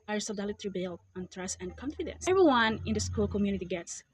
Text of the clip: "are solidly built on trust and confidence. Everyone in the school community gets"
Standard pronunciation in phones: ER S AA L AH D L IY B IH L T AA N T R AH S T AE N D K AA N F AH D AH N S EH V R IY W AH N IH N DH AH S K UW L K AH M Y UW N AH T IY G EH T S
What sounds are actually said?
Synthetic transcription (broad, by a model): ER S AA L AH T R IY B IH L AA N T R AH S AE N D K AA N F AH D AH N S EH V R IY W AH N IH N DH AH S K UW L K AH M Y UW N AH T IY G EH T S